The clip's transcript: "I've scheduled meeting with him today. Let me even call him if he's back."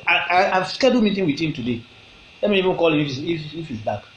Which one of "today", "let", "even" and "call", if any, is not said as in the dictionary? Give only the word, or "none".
none